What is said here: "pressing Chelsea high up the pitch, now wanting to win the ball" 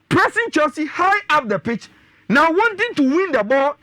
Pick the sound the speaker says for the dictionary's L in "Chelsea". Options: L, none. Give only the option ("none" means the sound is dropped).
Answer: none